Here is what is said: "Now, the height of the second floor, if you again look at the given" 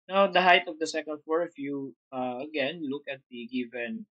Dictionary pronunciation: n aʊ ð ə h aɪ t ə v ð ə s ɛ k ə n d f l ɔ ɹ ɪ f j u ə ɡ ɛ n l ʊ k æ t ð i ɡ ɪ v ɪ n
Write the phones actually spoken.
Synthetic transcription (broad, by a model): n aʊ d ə h aɪ t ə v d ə s ɛ k ə n d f ɔ ɹ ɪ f j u ə ɡ ɛ n l ʊ k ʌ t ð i ɡ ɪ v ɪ n